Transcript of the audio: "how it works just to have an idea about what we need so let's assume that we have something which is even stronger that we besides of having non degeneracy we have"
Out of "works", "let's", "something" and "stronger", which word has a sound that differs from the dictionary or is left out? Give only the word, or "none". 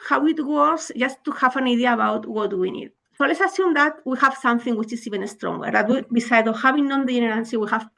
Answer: works